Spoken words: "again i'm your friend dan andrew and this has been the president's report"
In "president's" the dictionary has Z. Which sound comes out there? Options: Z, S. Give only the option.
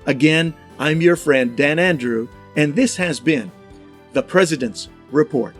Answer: Z